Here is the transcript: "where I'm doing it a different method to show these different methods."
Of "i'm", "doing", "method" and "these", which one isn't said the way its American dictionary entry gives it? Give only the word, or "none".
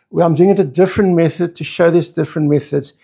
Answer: none